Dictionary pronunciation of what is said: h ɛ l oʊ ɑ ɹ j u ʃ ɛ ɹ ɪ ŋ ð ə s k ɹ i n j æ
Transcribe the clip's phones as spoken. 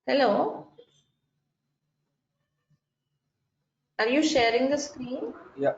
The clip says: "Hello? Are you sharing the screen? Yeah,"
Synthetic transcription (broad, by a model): h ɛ l oʊ ɑ ɹ j u ʃ ɛ ɹ ɪ ŋ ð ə s k ɹ i n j